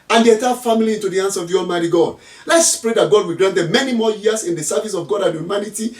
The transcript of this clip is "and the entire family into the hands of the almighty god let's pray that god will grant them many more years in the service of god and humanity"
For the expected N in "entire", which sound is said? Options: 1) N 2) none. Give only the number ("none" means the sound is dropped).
2